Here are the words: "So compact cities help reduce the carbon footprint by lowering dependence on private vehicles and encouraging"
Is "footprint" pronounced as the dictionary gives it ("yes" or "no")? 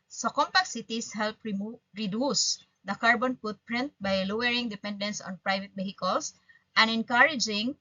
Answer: no